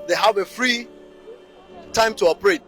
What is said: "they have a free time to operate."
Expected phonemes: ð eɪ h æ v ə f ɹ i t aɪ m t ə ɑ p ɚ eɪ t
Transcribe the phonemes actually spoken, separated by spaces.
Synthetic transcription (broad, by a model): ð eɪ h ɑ v ə f ɹ i t aɪ m t ə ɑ p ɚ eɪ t